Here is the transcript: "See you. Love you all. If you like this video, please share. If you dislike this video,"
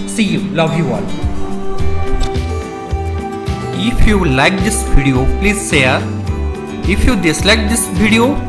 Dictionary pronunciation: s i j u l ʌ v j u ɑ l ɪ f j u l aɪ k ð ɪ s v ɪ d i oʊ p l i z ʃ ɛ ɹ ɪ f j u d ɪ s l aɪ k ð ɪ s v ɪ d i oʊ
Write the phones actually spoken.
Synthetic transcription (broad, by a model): s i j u l ʌ v j u ɑ l ɪ f j u l aɪ k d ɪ s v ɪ d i oʊ p l i z s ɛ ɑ ɪ f j u d ɪ s l aɪ k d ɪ s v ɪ d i oʊ